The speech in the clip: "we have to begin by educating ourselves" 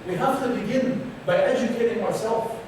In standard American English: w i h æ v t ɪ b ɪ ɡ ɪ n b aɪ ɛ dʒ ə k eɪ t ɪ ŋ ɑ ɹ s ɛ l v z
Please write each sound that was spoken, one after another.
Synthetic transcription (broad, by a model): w i h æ f t ɪ b ɪ ɡ ɪ n b aɪ ɛ dʒ ə k eɪ t ɪ ŋ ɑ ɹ s ɛ l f